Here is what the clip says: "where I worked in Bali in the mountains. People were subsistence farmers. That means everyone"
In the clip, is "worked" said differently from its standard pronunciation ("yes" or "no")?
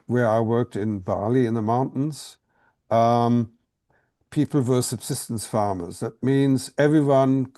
no